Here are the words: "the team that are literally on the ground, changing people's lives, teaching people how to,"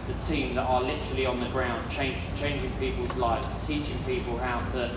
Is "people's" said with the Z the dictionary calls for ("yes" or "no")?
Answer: yes